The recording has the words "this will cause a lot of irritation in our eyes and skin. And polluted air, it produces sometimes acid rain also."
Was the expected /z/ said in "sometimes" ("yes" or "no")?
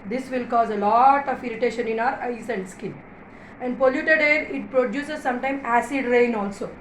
no